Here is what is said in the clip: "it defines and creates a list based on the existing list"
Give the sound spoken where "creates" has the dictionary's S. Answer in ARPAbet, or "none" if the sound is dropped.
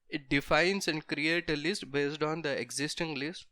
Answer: none